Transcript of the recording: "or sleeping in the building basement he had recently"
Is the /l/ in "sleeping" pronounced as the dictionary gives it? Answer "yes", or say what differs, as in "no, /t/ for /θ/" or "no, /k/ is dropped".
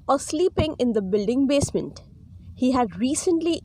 yes